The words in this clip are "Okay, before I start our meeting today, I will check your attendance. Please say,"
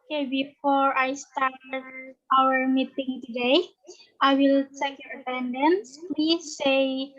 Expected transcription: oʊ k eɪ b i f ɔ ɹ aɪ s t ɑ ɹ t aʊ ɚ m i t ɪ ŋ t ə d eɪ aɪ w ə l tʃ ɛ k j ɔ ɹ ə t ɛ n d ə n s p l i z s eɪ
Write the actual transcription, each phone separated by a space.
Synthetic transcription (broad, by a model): k eɪ b i f ɔ ɹ aɪ s t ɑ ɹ t aʊ ɚ m i t ɪ ŋ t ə d eɪ aɪ w ə l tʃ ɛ k j ɔ ɹ ə t ɛ n d ə n s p w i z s eɪ